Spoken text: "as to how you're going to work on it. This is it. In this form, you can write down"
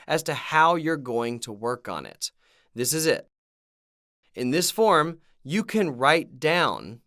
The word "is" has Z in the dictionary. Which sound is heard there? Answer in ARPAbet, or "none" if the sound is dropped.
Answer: Z